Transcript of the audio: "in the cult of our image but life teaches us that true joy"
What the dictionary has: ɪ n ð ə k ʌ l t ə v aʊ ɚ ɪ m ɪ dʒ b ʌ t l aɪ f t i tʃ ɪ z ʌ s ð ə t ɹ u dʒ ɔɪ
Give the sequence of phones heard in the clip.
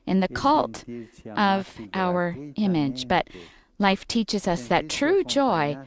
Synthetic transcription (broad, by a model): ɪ n ð ə k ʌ l t ə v aʊ ɚ ɪ m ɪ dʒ b ʌ t l aɪ f t i tʃ ɪ z ʌ s ð ə t ɹ u dʒ ɔɪ